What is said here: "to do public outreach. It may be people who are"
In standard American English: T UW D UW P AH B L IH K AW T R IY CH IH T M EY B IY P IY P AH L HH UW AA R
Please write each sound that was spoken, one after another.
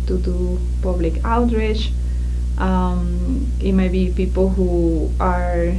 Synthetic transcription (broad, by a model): T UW D UW P AH B L IH K AW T R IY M IH T M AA B IY P IY P AH L HH UW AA R